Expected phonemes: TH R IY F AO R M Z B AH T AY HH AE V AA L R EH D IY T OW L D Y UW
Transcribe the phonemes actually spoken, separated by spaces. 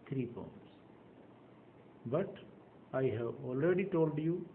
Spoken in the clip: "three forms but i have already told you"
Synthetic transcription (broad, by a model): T R IY P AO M S B AH T AY HH AE V AA L R EH D IY T OW L D Y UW